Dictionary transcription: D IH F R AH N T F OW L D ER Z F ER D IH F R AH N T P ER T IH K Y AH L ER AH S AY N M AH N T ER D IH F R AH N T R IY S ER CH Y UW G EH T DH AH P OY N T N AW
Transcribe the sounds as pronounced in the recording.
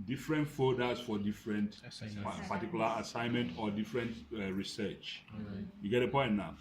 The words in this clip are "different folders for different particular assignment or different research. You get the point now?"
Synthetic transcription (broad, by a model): D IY F R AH N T F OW D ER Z F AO D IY F R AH N T P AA T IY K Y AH L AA AH S AY N M AH N T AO D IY F R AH N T R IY S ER CH Y UW G EH T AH P OY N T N AW